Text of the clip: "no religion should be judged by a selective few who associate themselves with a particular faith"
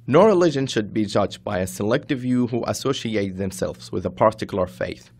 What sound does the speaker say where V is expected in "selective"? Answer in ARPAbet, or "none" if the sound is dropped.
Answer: V